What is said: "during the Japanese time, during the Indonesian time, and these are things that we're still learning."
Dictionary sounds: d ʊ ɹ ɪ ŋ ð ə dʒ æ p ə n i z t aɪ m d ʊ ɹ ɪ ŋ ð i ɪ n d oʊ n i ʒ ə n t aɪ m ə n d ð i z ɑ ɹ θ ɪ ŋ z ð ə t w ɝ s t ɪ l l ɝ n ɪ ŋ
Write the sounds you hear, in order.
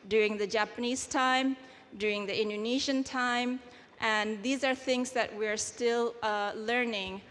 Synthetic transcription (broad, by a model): d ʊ ɹ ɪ ŋ ð ə dʒ æ p ə n i z t aɪ m d ʊ ɹ ɪ ŋ ð i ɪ n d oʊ n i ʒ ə n t aɪ m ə n ð i z ɑ ɹ θ ɪ ŋ z ð ə t w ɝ s t ɪ l l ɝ n ɪ ŋ